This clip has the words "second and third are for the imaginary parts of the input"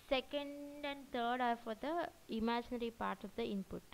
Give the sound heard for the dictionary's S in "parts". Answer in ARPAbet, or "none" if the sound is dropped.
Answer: none